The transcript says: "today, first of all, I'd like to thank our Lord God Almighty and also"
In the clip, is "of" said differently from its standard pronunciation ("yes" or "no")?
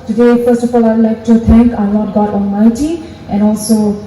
yes